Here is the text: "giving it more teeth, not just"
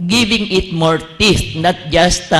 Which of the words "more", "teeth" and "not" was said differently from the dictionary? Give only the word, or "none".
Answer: teeth